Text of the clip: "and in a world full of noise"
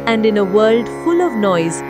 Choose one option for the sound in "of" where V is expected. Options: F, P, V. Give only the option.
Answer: V